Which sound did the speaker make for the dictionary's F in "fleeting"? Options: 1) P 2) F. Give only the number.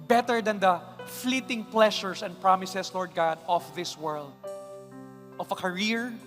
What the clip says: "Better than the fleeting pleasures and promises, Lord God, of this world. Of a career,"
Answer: 2